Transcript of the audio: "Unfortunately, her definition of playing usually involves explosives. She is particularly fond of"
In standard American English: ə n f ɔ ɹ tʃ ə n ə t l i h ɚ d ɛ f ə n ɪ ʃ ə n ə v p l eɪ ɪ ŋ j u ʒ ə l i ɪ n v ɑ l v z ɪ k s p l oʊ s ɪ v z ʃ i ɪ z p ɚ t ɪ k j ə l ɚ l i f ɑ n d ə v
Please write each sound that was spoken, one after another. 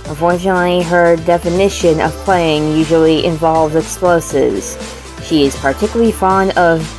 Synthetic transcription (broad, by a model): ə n f ɔ ɹ tʃ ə n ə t l i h ɚ d ɛ f ə n ɪ ʃ ə n ə v p l eɪ ɪ ŋ j u ʒ l i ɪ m v ɑ l v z ɪ k s p l oʊ s ɪ v z ʃ i ɪ z p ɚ t ɪ k j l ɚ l i f ɑ n d ə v